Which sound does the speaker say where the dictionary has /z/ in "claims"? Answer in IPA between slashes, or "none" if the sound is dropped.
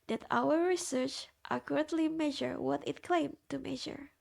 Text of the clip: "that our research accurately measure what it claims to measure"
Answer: none